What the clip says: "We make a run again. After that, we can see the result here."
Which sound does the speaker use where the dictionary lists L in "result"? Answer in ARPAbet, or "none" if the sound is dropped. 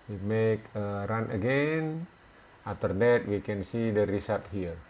none